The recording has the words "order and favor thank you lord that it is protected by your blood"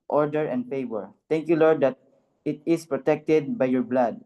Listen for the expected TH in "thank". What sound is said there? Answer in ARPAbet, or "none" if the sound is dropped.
T